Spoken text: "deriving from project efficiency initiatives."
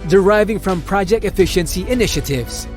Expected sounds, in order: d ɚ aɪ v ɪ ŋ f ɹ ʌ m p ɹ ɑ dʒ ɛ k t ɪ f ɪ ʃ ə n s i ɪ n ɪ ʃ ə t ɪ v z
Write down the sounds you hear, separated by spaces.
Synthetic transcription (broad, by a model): d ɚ aɪ v ɪ ŋ f ɹ ʌ m p ɹ ɑ dʒ ɛ k t ɪ f ɪ ʃ ə n s i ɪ n ɪ ʃ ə t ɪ v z